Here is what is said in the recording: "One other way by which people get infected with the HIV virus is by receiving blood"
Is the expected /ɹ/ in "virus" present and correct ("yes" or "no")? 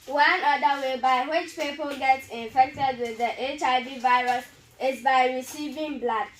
yes